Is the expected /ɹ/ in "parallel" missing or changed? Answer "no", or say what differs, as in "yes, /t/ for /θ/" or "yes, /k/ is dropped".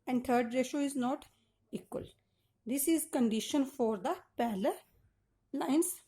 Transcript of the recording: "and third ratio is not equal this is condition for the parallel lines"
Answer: yes, /l/ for /ɹ/